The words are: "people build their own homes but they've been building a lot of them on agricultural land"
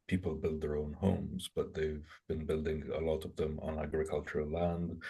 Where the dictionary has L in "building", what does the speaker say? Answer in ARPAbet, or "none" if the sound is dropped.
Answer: L